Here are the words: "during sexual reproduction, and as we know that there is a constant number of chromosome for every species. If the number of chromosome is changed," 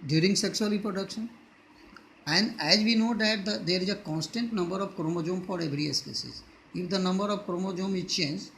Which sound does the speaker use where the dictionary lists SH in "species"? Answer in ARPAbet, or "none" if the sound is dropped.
S